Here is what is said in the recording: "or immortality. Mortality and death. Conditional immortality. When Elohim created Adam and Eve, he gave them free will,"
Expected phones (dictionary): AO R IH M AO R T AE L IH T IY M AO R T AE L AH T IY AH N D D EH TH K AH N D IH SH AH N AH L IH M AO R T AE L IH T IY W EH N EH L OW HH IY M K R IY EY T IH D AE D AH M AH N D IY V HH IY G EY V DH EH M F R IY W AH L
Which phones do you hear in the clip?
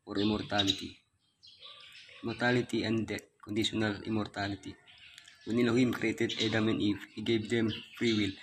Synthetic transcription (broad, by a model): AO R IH M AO R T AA L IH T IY M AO R T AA L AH T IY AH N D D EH T K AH N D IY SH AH N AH L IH M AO R T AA L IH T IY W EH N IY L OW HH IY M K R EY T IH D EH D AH M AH N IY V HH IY G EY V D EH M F R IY W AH L